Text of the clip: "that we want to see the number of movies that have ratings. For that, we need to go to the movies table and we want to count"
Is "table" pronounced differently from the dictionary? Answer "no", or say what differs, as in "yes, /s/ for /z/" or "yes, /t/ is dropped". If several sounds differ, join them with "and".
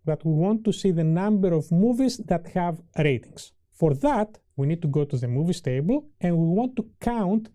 no